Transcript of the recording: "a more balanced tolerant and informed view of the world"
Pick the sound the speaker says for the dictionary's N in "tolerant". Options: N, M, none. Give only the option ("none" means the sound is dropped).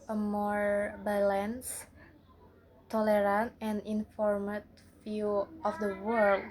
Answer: N